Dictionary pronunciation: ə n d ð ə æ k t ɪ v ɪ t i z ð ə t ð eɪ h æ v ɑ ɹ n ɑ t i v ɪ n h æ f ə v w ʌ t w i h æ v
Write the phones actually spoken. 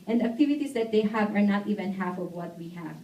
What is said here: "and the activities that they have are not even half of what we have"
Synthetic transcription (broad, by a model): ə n d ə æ k t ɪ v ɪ t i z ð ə t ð eɪ h æ v ɑ ɹ n ɑ t i v ɪ n h æ f ə v w ʌ t w i h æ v